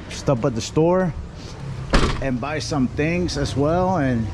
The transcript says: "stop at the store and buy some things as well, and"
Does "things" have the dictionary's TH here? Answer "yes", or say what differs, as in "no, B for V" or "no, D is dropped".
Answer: yes